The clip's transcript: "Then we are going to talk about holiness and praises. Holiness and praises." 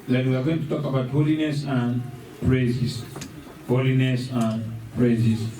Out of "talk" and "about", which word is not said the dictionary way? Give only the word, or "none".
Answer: none